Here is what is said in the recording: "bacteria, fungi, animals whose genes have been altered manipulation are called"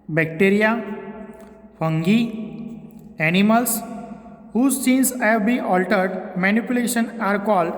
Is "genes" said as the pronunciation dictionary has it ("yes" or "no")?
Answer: no